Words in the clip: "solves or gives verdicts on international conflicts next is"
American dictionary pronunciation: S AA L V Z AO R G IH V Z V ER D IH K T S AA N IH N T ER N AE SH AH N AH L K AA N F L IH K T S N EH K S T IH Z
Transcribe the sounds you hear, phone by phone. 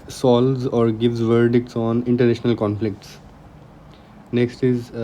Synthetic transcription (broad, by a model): S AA L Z AO R G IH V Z V ER D IH K T S AA N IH N T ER N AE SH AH N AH L K AA N F L IH K T S N EH K S T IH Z